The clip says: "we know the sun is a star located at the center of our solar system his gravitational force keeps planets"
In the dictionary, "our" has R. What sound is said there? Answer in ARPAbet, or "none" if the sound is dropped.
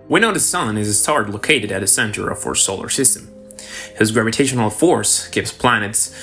R